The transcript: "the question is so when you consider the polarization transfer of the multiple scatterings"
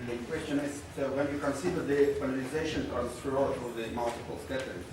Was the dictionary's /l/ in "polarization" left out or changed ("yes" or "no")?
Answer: yes